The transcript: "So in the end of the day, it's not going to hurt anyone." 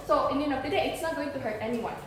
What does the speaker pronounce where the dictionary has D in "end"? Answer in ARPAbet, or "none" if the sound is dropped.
none